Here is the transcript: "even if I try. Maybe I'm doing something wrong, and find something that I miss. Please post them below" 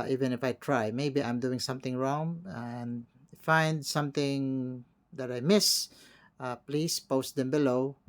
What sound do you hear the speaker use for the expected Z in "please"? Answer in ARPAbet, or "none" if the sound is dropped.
S